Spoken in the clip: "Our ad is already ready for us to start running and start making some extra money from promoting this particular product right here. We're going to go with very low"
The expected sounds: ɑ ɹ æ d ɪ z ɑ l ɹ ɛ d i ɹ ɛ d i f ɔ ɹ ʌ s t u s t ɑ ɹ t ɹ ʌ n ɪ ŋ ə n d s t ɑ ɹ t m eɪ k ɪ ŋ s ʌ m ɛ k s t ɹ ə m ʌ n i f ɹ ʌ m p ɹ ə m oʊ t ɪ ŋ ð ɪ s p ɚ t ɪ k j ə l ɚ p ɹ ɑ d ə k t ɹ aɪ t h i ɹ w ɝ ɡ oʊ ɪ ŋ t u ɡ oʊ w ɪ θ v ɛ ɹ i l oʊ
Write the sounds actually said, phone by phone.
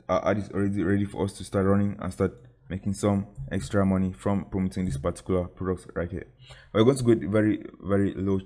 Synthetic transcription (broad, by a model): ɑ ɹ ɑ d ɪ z ɑ l ɹ ɛ d i ɹ ɛ d i f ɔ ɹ ʌ s t u s t ɑ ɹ t ɹ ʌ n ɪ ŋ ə n s t ɑ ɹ t m eɪ k ɪ ŋ s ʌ m ɛ k s t ɹ ə m ʌ n i f ɹ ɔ m p ɹ ə m oʊ t ɪ ŋ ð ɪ s p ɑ t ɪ k j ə l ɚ p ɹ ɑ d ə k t ɹ aɪ t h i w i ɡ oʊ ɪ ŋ t u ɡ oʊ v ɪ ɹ v ɛ ɹ i l oʊ